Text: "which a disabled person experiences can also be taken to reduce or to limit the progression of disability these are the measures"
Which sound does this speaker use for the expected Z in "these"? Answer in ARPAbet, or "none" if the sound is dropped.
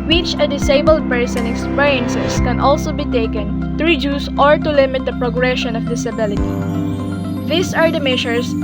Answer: S